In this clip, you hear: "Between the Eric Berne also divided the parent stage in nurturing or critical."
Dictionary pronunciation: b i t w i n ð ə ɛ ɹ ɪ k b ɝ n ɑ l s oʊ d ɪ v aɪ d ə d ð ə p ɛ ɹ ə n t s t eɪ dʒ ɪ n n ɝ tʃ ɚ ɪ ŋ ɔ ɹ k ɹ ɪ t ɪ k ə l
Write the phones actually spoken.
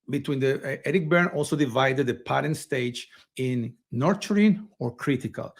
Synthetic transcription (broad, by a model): b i t w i n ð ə ɛ ɹ ɪ k b ɝ n ɑ l s oʊ d ɪ v aɪ d ə d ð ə p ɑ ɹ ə n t s t eɪ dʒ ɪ n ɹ tʃ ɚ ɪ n ɔ ɹ k ɹ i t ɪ k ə l